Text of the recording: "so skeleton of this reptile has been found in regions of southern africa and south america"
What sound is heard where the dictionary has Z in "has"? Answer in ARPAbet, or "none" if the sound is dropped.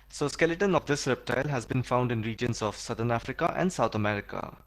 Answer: Z